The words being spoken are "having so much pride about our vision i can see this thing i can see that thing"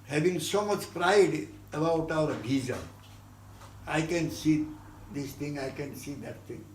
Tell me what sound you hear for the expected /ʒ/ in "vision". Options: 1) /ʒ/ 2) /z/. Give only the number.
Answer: 2